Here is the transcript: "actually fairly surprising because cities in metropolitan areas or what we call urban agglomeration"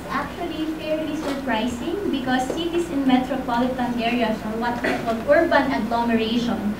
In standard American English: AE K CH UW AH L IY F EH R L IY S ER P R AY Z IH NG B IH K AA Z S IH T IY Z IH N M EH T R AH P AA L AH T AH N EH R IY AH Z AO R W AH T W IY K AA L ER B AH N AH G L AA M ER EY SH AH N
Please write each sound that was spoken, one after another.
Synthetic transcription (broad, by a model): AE K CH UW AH L IY F EH R L IY S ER P R AY S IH NG B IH K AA S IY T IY S IH N M EH T R AH P AA L AH T AH N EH R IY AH S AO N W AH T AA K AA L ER B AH N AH G L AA M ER EY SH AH N